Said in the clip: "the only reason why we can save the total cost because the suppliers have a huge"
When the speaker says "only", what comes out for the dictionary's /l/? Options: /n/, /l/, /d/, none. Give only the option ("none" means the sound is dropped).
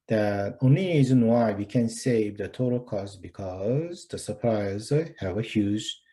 /l/